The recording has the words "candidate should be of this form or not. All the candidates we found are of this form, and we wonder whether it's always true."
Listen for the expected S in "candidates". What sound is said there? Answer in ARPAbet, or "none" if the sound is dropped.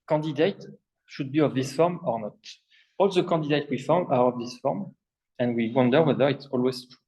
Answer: none